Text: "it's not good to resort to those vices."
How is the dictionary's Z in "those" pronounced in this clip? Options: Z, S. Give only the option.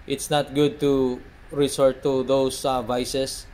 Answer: S